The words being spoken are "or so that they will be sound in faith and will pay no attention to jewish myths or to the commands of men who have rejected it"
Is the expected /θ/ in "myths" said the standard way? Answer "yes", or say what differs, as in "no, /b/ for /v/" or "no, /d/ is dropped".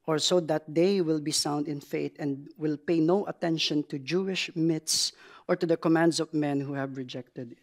no, /t/ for /θ/